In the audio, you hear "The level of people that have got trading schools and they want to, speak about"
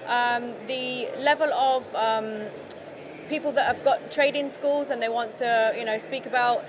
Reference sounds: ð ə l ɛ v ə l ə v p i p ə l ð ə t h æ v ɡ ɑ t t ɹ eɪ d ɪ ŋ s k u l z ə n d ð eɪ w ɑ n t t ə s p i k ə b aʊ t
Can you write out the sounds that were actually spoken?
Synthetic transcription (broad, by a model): ð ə l ɛ v ə l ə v p i p ə l ð ə t h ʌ v ɡ ɑ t t ɹ eɪ d ɪ ŋ s k u l z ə n ð eɪ w ɑ n t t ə s p i k ə b aʊ t